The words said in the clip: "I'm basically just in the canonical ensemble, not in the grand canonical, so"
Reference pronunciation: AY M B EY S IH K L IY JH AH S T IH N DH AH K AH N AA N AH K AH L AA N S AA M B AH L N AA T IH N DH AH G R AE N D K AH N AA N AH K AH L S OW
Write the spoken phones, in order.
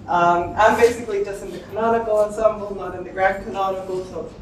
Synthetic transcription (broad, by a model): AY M B EY S IH K L IY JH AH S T IH N DH AH K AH N AA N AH K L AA N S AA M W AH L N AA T IH N DH AH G R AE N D K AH N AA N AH K L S OW